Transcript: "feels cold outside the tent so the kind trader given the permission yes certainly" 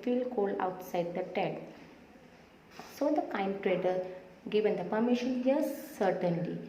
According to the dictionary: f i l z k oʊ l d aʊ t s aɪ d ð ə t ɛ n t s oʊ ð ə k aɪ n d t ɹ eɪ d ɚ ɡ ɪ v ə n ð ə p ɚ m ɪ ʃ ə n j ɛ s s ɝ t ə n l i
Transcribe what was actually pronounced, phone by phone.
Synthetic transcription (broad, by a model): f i l k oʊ l aʊ t s aɪ d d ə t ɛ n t s oʊ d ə k aɪ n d t ɹ eɪ d ɚ ɡ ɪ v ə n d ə p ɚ m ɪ ʃ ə n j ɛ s s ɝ t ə n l i